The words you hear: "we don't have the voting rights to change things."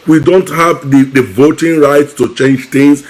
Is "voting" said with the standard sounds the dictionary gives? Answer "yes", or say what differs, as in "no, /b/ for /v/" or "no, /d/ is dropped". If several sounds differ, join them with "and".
yes